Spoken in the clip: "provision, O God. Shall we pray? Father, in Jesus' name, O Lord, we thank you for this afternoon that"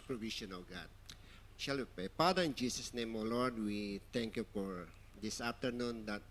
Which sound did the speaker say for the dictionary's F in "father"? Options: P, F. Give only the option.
P